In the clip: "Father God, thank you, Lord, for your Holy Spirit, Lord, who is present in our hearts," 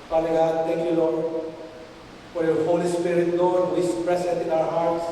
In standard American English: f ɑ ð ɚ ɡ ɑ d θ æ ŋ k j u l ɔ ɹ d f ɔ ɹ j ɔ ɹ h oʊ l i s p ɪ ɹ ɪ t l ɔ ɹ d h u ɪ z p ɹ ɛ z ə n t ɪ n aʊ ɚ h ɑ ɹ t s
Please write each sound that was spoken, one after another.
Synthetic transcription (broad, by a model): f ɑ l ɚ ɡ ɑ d t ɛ ŋ k j u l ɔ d f ɔ ɹ j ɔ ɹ h oʊ l i s p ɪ ɹ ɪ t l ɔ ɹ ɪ s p ɹ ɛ s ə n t ɪ n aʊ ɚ h ɑ ɹ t s